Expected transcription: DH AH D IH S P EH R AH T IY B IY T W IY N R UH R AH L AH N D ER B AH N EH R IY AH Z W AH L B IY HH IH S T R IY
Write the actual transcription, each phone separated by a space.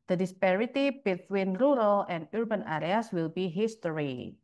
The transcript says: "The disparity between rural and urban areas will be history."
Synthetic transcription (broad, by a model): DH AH D IH S P EH R AH T IY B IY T W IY N R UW R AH L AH N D B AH N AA R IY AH S W AH L B IY HH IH S T R IY